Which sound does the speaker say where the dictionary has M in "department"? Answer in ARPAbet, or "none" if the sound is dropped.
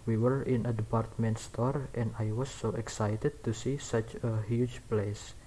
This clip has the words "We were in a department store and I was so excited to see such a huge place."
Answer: M